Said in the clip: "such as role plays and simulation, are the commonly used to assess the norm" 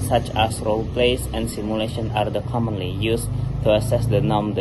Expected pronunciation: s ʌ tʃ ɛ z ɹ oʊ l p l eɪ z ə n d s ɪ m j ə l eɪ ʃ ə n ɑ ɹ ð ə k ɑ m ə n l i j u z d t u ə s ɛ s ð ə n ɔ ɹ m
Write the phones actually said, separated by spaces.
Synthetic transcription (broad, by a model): s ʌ tʃ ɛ s ɹ oʊ l p l eɪ s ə n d s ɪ m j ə l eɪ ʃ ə n ɑ ɹ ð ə k ɑ m ə n l i j u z t u ə s ɛ s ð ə n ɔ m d